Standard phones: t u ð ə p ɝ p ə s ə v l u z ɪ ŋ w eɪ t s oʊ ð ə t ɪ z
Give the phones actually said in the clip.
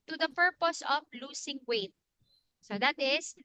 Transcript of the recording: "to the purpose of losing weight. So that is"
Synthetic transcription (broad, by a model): t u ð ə p ɝ p ə s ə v l u s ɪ ŋ w eɪ t s oʊ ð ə t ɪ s